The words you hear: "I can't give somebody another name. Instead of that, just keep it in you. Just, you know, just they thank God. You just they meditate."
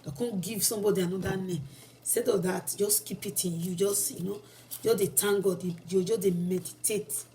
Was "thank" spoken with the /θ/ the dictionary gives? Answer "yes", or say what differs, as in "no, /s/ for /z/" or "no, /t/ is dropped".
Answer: no, /t/ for /θ/